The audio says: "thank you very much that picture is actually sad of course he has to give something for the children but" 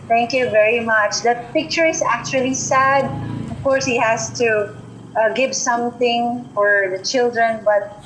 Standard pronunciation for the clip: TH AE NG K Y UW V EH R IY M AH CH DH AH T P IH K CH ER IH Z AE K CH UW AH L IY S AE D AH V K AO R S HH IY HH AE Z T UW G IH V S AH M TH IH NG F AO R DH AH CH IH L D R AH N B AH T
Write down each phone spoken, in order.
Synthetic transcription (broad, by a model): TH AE NG K Y UW V EH R IY M AH CH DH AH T P IH K CH ER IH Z AE K CH UW AH L IY S AE D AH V K AO R S HH IY HH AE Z T UW G IH V S AH M TH IH NG F AO R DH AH CH IH L D R AH N B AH T